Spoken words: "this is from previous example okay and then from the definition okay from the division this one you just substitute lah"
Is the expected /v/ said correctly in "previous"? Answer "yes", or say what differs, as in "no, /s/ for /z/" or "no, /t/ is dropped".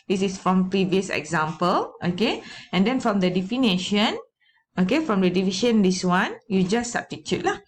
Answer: yes